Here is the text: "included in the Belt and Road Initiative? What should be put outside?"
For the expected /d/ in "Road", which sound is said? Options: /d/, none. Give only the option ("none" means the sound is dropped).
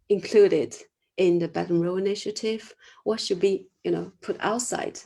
none